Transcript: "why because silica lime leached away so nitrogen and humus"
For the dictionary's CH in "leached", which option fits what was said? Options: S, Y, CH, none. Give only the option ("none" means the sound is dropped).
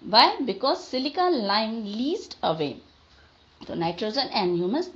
S